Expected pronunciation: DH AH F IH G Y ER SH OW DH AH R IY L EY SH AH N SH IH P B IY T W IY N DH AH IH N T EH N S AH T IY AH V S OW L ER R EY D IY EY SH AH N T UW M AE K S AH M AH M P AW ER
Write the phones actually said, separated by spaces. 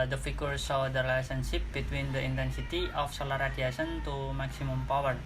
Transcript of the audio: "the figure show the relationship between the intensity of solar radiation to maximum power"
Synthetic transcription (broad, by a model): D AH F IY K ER S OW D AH R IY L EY S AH N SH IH P B IY T W IY N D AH IH N T EH N S AH T IY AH F S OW L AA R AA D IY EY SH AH N T UW M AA K S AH M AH M P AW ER